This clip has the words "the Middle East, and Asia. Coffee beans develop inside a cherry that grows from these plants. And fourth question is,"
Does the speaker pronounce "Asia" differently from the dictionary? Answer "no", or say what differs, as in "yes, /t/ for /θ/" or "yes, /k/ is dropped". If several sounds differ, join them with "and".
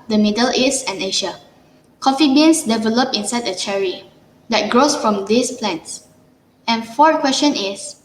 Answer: yes, /ʃ/ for /ʒ/